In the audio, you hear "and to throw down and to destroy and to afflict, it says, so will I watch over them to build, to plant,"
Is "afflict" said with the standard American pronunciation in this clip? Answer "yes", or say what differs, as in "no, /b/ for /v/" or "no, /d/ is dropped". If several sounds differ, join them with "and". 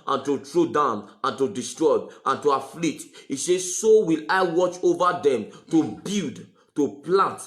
no, /k/ is dropped